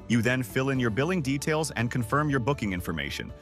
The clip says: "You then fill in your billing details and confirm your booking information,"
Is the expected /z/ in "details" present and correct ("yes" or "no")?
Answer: yes